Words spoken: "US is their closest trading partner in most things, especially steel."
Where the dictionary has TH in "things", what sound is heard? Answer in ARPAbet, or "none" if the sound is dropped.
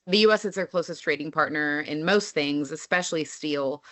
TH